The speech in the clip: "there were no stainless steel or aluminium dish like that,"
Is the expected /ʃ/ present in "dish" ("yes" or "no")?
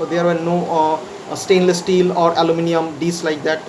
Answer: no